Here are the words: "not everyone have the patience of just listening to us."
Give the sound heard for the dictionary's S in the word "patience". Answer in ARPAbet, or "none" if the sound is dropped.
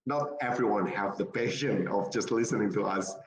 none